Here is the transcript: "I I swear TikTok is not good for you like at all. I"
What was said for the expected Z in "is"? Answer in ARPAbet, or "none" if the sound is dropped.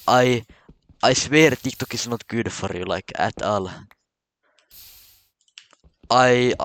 S